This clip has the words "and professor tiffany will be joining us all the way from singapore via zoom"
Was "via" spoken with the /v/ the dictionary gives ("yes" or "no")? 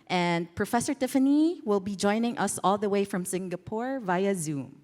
yes